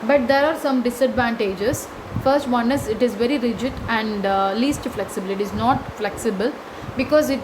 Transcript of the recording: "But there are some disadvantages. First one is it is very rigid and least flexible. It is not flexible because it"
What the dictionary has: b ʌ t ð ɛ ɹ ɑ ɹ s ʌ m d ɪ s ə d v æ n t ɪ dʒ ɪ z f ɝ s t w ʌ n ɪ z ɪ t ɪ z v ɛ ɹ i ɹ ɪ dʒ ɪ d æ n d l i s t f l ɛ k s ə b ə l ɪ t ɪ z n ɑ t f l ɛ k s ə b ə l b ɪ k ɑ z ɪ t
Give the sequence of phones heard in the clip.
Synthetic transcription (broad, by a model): b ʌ t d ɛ ɹ ɑ ɹ s ʌ m d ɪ s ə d v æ n t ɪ dʒ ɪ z f ɝ s t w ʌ n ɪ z ɪ t ɪ z v ɛ ɹ i ɹ ɪ dʒ ɪ d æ n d l i s t f l ɛ k s ə b ə l ɪ t ɪ z n ɑ t f l ɛ k s ə b ə l b ɪ k ɑ z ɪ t